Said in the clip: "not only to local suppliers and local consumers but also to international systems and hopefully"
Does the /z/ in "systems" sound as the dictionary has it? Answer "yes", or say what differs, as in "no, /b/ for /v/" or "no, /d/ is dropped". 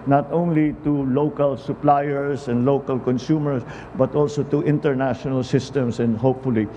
no, /s/ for /z/